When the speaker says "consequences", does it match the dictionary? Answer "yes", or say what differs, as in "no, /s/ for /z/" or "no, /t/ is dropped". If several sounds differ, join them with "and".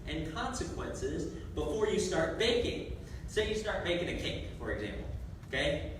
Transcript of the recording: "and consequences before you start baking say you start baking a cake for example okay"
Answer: yes